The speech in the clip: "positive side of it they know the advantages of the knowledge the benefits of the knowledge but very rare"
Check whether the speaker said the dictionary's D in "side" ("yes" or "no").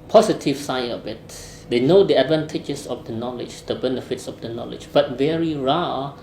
no